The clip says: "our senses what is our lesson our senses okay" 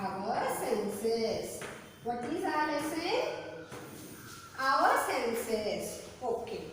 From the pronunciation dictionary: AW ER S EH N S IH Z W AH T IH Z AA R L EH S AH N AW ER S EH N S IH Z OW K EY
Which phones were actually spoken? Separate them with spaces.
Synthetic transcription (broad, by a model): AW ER S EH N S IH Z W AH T IH Z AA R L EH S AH AW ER S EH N S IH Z OW K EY